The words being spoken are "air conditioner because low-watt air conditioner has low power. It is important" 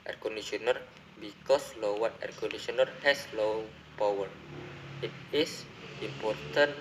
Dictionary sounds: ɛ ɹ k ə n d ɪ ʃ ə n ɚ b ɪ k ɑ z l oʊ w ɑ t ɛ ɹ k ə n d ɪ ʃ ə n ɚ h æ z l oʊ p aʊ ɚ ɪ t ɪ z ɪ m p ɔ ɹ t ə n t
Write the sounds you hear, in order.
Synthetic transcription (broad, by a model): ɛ ɹ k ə n d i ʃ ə n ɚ b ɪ k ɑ s l oʊ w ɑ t ɛ ɹ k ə n d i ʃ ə n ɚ h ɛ s l oʊ p aʊ ɚ ɪ t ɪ s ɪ m p ɔ ɹ t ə n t